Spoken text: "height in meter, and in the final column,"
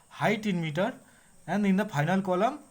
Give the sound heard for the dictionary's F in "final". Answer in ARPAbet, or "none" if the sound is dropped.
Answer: P